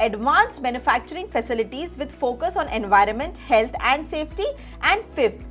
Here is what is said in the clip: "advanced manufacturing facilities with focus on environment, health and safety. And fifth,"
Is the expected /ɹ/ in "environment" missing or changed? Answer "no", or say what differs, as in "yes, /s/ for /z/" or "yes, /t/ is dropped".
no